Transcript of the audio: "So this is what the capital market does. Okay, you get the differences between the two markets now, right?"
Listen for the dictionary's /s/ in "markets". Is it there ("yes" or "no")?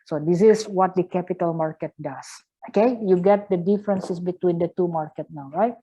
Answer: no